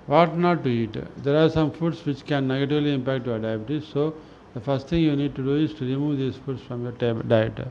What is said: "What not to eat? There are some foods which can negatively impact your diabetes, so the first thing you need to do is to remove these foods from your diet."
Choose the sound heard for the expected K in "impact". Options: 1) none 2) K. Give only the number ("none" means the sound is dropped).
2